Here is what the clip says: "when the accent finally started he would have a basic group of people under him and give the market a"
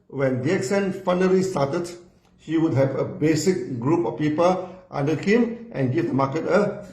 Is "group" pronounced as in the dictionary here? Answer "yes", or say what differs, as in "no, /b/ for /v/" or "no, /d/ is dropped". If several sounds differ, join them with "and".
yes